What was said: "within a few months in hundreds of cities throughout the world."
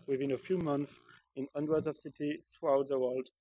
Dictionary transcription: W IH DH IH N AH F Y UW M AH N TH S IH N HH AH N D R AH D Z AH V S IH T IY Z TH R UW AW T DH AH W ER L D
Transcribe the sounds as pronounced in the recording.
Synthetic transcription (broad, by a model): W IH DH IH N AH F Y UW M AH N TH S IH N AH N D W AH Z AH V S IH T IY TH R UW AW T DH AH W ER L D